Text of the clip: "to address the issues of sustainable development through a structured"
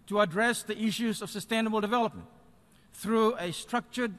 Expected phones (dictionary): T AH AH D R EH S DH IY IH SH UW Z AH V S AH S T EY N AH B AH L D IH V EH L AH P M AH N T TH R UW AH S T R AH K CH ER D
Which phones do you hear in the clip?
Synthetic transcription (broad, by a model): T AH AH D R EH S DH IY IH SH UW Z AH V S AH S T EY N AH B AH L D IH V EH L AH P M AH N T TH R UW AH S T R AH K CH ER D